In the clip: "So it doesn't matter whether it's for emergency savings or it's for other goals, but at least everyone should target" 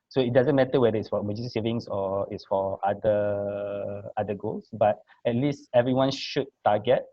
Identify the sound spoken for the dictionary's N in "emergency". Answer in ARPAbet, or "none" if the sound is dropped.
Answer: none